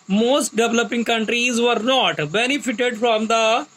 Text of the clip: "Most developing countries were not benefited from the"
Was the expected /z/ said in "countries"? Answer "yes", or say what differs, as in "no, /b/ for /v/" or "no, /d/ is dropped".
yes